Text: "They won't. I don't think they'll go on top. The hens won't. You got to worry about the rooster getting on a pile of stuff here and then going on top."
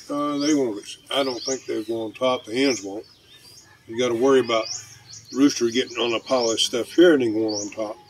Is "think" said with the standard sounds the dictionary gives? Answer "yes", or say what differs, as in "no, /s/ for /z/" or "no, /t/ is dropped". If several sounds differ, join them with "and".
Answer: yes